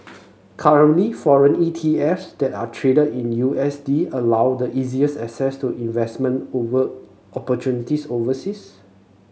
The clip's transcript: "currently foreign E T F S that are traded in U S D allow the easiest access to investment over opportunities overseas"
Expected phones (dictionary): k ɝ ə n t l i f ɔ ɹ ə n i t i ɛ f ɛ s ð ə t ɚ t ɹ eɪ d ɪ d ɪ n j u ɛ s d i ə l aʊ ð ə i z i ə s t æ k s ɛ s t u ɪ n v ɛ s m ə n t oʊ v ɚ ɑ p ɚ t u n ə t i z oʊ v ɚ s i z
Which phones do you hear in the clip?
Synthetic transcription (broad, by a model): k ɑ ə n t l i f ɔ ɹ ə n i t i ɛ f s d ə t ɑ t ɹ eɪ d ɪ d ɪ n j u ɛ s d i ə l aʊ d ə i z i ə s ɛ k s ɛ s t u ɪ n v ɛ s m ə n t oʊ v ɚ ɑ p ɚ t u n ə t i s oʊ v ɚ s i s